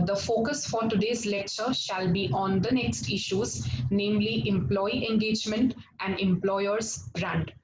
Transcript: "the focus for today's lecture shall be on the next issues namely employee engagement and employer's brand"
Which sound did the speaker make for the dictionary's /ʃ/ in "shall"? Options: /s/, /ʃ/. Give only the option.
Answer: /ʃ/